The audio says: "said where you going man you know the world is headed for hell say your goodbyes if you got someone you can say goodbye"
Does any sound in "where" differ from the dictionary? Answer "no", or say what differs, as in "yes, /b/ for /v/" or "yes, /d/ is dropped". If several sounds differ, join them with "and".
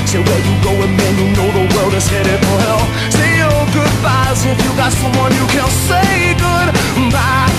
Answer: yes, /l/ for /ɹ/